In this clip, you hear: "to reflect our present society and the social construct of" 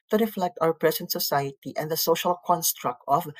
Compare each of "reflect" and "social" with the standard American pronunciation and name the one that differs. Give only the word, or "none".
none